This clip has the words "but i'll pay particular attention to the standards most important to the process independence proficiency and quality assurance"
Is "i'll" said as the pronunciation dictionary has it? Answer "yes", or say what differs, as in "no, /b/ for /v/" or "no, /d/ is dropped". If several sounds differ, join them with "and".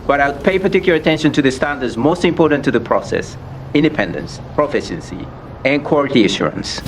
no, /w/ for /l/